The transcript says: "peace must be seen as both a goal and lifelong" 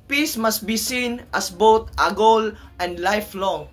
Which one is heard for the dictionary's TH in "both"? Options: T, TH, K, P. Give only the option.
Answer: T